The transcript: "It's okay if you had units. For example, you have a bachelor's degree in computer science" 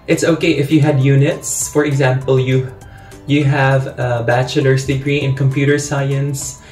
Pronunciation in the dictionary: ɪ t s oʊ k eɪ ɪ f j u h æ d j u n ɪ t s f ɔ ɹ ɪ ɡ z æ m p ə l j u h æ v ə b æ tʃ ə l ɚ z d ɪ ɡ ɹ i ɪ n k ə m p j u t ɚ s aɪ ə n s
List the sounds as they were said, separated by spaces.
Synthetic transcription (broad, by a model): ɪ t s oʊ k eɪ ɪ f j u h æ d j u n ɪ t s f ɔ ɹ ɪ ɡ z æ m p ə l j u h æ v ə b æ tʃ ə l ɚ s d ɪ ɡ ɹ i ɪ n k ə m p j u t ɚ s aɪ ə n s